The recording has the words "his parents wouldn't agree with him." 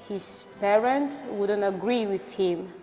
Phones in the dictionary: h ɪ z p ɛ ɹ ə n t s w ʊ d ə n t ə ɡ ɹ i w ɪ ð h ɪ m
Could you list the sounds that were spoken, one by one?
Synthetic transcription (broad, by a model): h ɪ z p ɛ ɹ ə n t w ʊ d ə n t ə ɡ ɹ i w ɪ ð h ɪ m